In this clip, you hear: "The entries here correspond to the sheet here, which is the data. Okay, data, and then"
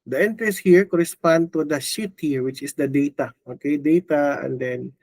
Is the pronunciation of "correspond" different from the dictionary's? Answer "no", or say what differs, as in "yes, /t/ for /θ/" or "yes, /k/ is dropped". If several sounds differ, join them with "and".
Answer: no